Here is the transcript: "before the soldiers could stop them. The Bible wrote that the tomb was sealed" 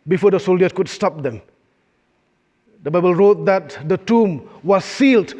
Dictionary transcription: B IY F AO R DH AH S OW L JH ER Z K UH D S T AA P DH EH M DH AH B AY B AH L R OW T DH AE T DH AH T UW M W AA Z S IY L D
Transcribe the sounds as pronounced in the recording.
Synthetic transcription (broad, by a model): B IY F AO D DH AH S OW L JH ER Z K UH D S T AA P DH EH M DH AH B AY B AH L R OW T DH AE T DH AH T UW M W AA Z S IY L D